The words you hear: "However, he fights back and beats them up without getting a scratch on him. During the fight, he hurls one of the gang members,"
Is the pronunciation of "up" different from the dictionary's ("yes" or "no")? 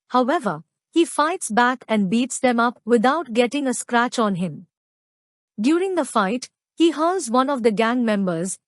no